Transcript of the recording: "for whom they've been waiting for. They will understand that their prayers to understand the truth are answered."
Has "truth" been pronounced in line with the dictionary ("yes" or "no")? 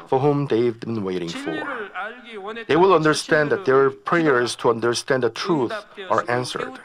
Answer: yes